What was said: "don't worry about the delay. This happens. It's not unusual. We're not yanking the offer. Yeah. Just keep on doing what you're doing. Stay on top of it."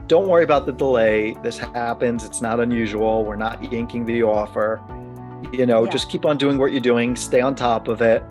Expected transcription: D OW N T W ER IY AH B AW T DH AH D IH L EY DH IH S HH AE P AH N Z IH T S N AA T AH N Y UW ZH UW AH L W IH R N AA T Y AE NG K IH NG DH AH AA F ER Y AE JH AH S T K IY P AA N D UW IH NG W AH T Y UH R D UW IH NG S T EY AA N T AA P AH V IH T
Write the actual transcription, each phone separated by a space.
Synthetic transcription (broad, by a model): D OW N T W ER IY AH B AW T DH AH D IH L EY DH IH S HH AE P AH N Z IH T S N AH T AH N Y UW ZH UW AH L W IH R N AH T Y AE NG K IH NG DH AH AA F ER Y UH JH AH S K IY P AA N D UW IH NG W AH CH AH R D UW IH NG S T EY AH N T AA P AH V IH T